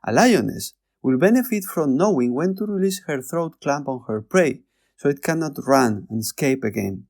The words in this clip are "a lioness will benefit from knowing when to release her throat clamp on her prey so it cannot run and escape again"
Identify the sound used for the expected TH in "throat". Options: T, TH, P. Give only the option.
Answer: TH